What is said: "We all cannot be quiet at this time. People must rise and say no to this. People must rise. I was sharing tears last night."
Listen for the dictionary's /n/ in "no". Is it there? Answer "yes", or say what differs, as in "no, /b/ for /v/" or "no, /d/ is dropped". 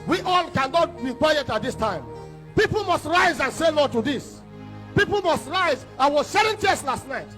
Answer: no, /l/ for /n/